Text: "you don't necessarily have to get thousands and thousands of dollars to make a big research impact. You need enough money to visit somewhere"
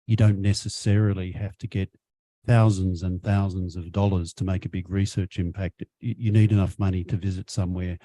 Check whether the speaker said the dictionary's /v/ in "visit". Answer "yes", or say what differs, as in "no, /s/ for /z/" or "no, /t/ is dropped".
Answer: yes